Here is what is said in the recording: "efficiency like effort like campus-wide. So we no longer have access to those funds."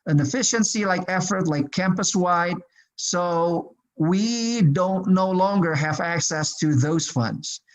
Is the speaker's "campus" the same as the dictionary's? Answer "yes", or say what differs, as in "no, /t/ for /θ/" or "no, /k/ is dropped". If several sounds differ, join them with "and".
yes